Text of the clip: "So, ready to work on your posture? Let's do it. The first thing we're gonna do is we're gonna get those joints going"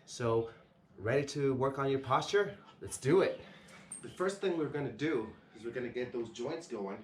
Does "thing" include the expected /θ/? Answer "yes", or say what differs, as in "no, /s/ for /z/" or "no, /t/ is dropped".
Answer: yes